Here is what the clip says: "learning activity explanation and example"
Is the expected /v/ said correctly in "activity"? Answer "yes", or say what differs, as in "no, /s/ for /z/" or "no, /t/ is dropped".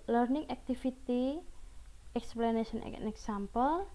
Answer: no, /f/ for /v/